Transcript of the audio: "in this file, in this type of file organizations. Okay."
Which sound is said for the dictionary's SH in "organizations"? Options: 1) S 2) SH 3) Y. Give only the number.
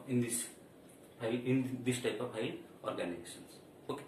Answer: 1